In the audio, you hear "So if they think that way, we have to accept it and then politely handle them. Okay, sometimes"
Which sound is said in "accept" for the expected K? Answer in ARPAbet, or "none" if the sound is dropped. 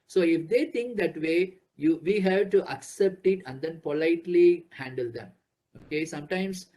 K